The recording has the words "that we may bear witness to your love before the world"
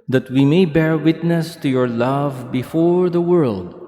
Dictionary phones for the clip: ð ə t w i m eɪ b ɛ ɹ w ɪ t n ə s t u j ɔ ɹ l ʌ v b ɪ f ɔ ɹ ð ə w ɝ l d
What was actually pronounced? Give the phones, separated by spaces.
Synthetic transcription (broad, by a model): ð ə t w i m eɪ b ɛ ɹ w ɪ t n ə s t u j ɔ ɹ l ʌ v b ɪ f ɔ ɹ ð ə w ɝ l d